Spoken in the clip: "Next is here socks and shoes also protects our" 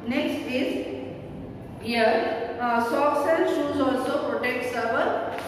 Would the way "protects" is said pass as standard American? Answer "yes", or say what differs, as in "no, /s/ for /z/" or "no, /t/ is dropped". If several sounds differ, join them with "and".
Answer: yes